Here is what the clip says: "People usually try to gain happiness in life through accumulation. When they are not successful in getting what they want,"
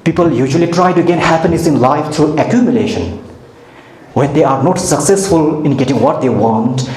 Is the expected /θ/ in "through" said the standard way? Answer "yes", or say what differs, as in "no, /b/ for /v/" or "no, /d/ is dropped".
no, /t/ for /θ/